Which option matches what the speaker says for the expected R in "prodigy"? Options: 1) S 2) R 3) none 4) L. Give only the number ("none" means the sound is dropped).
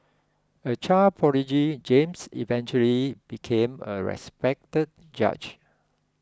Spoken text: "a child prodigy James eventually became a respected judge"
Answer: 3